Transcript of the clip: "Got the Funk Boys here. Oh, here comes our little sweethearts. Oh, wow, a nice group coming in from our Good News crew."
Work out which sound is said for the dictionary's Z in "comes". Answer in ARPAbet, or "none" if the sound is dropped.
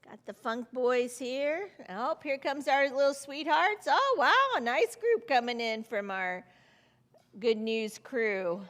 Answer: Z